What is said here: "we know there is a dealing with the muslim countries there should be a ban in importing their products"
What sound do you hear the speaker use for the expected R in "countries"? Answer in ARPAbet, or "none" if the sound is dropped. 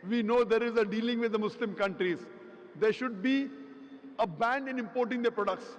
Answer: R